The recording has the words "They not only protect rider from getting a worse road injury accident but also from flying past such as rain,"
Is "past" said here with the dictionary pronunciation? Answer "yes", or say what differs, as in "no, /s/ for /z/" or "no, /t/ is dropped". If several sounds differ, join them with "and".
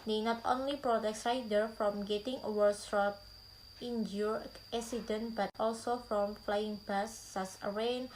no, /b/ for /p/